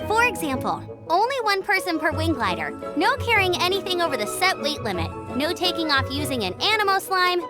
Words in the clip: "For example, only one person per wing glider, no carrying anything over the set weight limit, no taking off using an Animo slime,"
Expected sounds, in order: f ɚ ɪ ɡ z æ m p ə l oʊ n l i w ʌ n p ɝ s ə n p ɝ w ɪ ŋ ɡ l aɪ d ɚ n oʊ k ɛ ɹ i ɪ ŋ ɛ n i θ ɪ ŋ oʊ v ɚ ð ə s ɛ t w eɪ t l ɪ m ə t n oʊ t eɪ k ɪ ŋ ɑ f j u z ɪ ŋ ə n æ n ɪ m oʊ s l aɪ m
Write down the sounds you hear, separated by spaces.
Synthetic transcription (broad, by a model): f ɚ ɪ ɡ z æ m p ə l oʊ n l i w ʌ n p ɝ s ə n p ɝ w ɪ ŋ ɡ l aɪ d ɚ n oʊ k ɛ ɹ i ɪ ŋ ɛ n i θ ɪ ŋ oʊ v ɚ ð ə s ɛ t w eɪ t l ɪ m ə t n oʊ t eɪ k ɪ ŋ ɑ f j u z ɪ ŋ ə n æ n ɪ m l s l aɪ m